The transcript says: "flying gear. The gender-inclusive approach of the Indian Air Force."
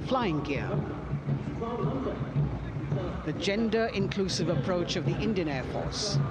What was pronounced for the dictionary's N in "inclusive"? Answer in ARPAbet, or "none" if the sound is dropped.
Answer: N